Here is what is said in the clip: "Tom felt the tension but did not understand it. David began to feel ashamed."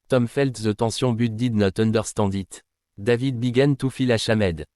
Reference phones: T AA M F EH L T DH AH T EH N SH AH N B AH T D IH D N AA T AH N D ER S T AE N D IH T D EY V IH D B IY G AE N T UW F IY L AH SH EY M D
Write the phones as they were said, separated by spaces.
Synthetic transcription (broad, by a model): T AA M F EH L T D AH T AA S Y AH B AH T D IH D N AA T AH N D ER S T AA D IH T D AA V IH D B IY G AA N T UW F IY L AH SH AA M D